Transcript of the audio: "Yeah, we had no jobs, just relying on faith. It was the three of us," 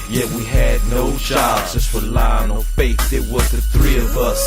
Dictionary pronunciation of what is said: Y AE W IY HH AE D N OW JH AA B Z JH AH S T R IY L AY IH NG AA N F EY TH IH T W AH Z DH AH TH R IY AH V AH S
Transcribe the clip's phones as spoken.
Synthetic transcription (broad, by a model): Y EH W IY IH D N OW JH AA B Z JH AH S T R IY L AY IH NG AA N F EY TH IH T W AH Z DH AH TH R IY AH V AH S